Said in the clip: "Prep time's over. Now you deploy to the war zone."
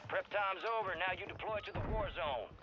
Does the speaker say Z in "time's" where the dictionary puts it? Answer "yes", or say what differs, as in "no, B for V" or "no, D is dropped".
yes